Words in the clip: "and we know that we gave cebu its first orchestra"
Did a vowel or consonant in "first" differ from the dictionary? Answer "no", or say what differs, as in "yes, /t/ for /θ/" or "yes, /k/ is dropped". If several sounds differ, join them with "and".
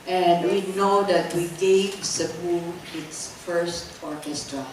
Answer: no